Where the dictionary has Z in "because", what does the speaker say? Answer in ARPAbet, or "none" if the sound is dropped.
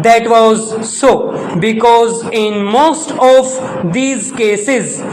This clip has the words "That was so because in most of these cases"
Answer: Z